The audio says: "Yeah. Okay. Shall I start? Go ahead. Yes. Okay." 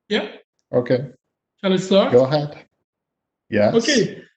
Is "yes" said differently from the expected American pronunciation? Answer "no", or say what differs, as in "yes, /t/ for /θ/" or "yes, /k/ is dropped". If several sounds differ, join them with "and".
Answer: yes, /s/ is dropped